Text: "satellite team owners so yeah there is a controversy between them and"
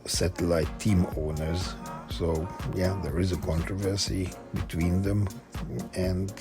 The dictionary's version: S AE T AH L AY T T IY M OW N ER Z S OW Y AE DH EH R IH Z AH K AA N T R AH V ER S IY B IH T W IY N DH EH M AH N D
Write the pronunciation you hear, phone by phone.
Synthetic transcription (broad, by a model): S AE T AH L AY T T IY M OW N ER Z S OW Y AE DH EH R IH Z AH K AA N T R AH V ER S IY B IH T W IY N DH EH M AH N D